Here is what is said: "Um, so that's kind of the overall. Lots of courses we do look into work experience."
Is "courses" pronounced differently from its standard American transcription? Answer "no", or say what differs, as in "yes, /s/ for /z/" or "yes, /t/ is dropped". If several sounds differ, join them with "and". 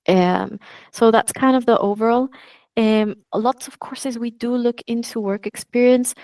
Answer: no